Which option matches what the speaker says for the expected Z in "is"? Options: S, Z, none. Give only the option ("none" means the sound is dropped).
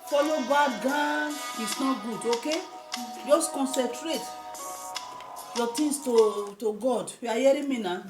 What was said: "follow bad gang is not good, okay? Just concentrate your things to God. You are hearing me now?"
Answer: S